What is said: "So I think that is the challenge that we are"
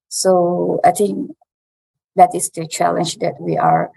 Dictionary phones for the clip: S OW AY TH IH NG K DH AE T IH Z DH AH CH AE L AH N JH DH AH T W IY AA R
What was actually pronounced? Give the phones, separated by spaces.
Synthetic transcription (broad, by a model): S OW AY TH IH NG K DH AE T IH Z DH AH CH AE L AH N JH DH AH T W IY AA R